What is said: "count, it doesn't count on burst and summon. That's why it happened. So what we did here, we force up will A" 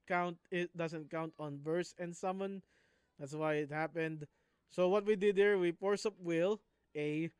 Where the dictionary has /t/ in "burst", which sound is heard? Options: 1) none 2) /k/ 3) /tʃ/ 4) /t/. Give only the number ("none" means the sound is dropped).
1